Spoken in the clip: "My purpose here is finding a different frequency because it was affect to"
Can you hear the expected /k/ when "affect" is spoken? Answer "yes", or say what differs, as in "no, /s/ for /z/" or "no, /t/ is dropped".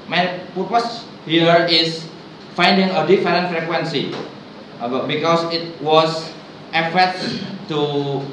no, /k/ is dropped